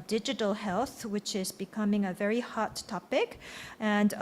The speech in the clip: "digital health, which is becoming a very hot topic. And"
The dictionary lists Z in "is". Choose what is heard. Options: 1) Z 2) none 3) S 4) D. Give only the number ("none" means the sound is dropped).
1